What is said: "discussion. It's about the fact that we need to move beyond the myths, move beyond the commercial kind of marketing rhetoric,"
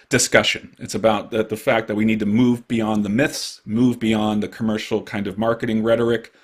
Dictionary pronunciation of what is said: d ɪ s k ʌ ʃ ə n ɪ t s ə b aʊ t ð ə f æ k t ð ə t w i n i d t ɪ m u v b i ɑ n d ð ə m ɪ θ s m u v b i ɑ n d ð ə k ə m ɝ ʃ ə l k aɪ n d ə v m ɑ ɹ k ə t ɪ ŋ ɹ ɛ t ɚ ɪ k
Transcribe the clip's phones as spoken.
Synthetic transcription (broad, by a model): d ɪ s k ʌ ʃ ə n ɪ t s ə b aʊ t ð ə f æ k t ð ə t w i n i d t ɪ m u v b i ɑ n ð ə m ɪ θ s m u v b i ɑ n ð ə k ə m ɝ ʃ l k aɪ n d ə v m ɑ ɹ k ə t ɪ ŋ ɹ ɛ t ɚ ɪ k